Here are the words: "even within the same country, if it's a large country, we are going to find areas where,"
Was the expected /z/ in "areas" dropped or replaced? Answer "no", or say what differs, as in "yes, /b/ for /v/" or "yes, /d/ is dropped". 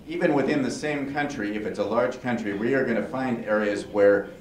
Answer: no